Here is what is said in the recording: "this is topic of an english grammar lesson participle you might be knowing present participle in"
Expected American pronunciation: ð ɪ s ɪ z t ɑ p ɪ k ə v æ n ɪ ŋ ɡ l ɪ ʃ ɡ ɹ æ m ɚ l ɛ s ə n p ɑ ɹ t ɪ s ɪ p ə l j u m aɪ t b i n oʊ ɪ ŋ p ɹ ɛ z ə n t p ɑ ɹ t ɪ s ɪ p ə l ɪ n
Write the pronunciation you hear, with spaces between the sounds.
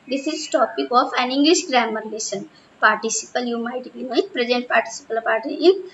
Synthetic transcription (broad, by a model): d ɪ s ɪ z t ɑ p ɪ k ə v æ n ɪ ŋ ɡ l ɪ ʃ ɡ ɹ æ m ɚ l ɛ ʃ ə n p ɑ ɹ t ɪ s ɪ p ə l j u m aɪ t b i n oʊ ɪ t p ɹ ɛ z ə n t p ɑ ɹ t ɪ s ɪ p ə l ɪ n